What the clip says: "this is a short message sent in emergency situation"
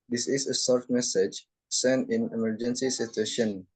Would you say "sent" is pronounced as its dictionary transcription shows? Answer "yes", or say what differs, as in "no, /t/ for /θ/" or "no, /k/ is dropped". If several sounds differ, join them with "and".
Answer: no, /t/ is dropped